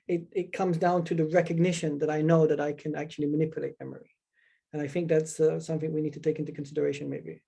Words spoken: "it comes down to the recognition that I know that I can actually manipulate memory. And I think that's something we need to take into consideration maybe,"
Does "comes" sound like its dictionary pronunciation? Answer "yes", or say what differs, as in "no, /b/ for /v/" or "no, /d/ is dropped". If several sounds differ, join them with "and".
yes